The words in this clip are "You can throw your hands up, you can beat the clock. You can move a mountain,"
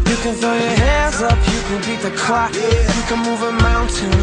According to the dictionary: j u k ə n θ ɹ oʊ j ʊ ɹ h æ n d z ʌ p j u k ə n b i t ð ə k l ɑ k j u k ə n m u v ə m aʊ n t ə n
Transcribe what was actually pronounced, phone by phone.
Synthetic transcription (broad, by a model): j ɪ k ə n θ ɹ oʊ j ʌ ɹ h æ n d z ʌ p j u k ə n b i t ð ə k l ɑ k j k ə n m u v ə m aʊ n t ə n